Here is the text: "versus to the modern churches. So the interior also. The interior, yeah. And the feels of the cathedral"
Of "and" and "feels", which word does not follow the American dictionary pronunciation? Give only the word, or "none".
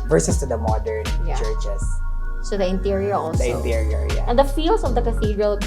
feels